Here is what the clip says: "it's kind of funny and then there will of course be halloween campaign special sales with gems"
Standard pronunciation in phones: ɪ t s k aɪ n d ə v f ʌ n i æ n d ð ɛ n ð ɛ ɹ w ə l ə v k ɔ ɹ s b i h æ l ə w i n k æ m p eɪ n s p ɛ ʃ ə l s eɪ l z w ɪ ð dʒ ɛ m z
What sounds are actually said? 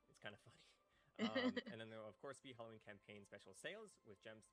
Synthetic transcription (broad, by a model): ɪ t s k aɪ n d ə f ʌ n i n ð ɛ n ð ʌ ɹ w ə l ə v k ɔ ɹ s b i h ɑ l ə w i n k æ m p eɪ n s p ɛ ʃ l s eɪ l z w ɪ ð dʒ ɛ m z